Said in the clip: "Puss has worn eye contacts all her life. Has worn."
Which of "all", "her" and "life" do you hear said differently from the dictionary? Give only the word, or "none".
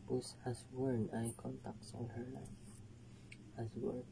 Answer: all